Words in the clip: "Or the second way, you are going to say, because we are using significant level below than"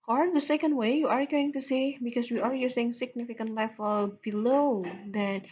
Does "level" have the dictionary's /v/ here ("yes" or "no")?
no